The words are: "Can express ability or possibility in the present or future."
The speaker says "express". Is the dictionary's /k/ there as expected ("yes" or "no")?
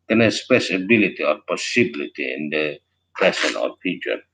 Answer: no